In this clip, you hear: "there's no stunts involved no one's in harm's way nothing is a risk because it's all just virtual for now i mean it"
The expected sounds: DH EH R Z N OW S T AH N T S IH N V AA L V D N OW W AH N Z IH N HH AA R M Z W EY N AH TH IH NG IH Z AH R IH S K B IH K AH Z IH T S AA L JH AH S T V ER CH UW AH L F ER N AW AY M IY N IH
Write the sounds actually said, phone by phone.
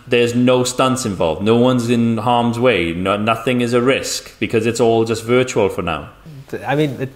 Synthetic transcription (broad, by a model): DH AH R Z N OW S T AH N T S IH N V AA L V D N OW W AH N Z IH N HH AA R M Z W EY N AH TH IH NG IH Z AH R IH S K B IH K AH Z IH T S AA L JH AH S T V ER CH UW AH L F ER N AW AY M IY N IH